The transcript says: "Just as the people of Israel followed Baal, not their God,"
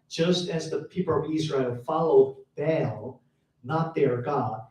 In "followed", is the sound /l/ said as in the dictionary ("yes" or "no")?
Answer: yes